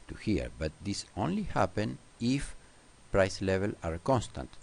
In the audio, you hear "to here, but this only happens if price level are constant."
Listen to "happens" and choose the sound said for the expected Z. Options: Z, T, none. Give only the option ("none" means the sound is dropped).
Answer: none